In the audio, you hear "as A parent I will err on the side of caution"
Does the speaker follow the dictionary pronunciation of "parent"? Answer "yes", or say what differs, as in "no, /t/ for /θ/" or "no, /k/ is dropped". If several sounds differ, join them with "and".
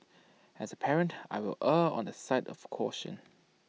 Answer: yes